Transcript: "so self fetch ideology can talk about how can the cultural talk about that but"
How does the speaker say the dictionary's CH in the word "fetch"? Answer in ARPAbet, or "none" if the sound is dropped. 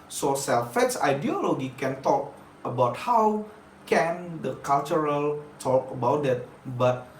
S